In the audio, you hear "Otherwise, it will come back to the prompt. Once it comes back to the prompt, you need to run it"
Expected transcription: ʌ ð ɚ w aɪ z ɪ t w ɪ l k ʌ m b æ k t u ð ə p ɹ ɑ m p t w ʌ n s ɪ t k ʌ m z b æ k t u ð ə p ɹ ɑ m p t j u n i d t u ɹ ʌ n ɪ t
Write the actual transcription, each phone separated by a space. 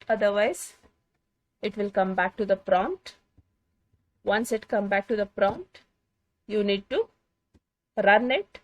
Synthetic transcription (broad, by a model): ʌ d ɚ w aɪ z ɪ t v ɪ l k ʌ m b æ k t u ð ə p ɹ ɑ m t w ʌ n s ɪ t k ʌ m b æ k t u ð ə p ɹ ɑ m t j u n i d t u ɹ ʌ n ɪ t